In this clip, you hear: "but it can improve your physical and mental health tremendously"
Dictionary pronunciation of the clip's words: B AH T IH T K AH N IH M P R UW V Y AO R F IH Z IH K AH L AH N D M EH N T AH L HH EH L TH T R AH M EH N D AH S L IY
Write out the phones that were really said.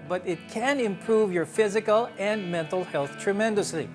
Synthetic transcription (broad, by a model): B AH T IH T K AH N IH M P R UW V Y AO R F IH Z IH K AH L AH N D M EH N T AH L HH EH L TH T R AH M EH N D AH S L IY